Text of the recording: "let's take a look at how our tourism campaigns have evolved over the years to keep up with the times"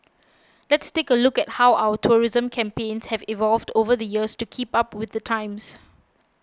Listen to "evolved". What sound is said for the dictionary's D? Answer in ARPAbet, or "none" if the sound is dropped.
D